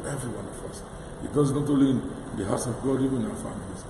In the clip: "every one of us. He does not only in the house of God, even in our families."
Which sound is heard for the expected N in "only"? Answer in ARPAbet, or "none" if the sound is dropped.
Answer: none